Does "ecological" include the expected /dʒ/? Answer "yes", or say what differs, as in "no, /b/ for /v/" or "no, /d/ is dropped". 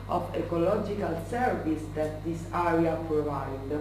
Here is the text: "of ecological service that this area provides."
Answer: yes